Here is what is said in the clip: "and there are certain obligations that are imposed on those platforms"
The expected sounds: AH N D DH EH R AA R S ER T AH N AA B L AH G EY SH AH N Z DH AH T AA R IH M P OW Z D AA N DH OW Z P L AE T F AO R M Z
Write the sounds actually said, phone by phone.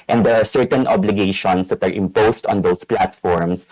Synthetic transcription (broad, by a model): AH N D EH R AA R S ER T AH N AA B L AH G EY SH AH N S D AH T AA R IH M P OW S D AA N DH OW S P L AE T F AO R M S